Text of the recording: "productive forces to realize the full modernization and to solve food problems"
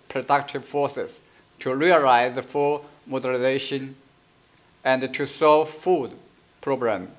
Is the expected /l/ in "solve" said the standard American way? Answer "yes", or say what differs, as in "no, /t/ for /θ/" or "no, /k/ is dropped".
yes